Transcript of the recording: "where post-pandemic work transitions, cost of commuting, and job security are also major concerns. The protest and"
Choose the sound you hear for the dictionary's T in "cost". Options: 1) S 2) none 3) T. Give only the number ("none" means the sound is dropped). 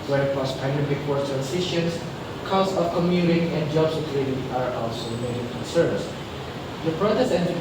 2